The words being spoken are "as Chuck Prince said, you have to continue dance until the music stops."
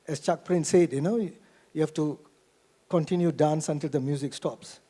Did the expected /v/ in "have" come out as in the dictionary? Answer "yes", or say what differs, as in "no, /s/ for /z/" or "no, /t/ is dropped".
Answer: no, /f/ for /v/